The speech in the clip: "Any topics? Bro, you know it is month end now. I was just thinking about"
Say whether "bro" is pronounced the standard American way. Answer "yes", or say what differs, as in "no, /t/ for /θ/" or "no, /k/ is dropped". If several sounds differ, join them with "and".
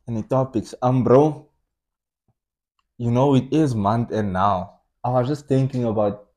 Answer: yes